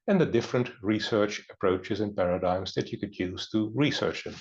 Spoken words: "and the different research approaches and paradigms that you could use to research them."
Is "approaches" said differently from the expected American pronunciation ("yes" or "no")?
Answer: no